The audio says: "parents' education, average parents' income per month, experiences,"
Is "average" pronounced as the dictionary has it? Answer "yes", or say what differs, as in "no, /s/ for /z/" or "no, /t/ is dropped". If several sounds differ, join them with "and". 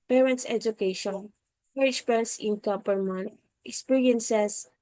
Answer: no, /v/ is dropped